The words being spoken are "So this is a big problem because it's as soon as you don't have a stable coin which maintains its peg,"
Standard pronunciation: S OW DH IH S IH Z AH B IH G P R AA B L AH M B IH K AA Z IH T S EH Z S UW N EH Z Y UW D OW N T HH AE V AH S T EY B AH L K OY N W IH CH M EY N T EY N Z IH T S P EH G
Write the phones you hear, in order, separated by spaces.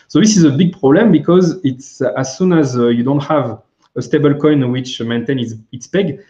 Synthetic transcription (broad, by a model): S OW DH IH S IH Z AH B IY G P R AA B L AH M B IH K AA Z IH T S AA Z S UW N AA Z Y UW D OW N T HH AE V AH S T EY B AH L K OY N W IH CH M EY N T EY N S IH T S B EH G